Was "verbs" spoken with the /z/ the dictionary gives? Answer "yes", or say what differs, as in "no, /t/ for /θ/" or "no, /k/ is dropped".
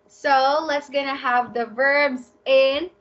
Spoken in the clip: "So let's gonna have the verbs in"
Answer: yes